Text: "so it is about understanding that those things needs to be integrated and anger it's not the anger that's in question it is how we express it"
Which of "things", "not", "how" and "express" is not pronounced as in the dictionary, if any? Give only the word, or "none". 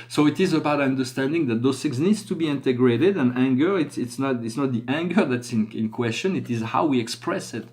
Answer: things